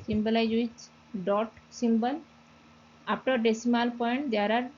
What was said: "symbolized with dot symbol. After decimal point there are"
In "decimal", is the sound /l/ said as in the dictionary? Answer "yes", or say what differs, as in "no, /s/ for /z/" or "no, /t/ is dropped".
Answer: yes